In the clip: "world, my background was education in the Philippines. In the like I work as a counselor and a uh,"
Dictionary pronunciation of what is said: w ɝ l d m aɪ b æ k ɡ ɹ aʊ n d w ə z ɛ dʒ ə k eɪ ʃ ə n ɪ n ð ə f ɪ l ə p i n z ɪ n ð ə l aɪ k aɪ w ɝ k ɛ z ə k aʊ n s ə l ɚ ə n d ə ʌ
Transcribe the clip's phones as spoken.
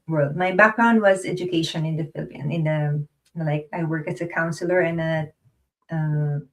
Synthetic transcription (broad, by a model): w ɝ l d m aɪ b æ k ɡ ɹ aʊ n d w ə z ɛ dʒ ə k eɪ ʃ ə n ɪ n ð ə f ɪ l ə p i n ɪ n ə l aɪ k aɪ w ɝ k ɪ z ə k aʊ n s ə l ɚ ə n ə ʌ